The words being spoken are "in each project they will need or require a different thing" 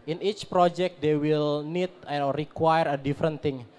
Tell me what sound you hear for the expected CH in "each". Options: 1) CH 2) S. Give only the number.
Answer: 1